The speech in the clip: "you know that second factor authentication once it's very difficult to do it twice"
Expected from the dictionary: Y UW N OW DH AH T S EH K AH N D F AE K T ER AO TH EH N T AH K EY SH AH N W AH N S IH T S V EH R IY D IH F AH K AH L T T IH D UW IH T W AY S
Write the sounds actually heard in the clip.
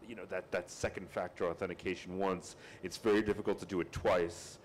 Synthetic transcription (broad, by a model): Y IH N OW DH AH T S EH K N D F AE K T ER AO TH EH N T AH K EY SH N W AH N S IH T S V EH R IY D IH F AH K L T T IH D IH IH T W AY S